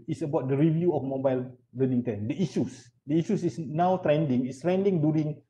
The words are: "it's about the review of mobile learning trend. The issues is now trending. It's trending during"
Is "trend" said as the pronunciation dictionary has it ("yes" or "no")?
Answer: no